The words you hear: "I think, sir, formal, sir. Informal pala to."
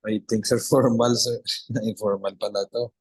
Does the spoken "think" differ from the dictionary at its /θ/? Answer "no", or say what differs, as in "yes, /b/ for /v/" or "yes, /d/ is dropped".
yes, /t/ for /θ/